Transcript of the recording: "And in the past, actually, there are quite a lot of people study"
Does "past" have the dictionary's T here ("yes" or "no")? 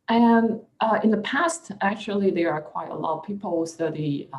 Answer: yes